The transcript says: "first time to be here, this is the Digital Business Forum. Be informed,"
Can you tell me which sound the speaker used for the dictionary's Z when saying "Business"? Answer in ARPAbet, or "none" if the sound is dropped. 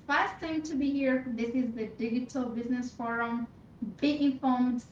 Z